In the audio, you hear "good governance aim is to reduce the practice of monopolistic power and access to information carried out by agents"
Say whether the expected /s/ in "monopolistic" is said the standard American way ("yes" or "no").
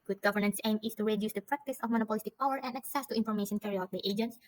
yes